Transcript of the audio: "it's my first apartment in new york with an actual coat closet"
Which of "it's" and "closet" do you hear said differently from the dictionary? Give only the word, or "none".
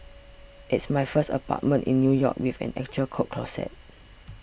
closet